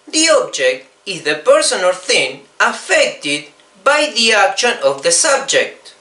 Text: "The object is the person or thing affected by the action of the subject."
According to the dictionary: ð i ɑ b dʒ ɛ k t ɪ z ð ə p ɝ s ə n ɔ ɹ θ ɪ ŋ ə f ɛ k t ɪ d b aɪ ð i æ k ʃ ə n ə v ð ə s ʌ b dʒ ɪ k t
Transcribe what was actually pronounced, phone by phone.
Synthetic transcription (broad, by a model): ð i ɑ b dʒ ɛ k t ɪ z ð ə p ɝ s ə n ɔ l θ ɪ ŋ ə f ɛ k t ɪ d b aɪ ð i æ k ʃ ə n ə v ð ə s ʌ b dʒ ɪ k t